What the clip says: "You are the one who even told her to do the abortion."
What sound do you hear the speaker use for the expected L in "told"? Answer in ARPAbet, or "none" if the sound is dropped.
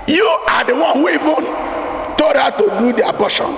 none